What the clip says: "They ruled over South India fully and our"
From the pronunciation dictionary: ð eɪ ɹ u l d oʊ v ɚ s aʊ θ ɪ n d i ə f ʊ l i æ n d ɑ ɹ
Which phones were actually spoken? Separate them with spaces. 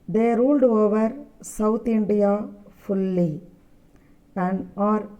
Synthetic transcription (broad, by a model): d eɪ ɹ u l d oʊ v ɚ s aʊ t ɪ n d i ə f ʊ l i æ n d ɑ ɹ